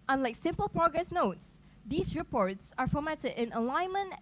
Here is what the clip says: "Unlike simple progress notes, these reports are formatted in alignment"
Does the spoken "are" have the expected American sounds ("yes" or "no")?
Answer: yes